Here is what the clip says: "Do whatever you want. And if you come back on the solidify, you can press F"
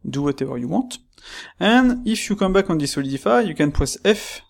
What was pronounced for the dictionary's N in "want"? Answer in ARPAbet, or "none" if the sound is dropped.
none